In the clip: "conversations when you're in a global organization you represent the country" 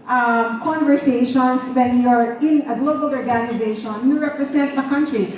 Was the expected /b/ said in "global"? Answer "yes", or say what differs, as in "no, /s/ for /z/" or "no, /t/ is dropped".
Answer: yes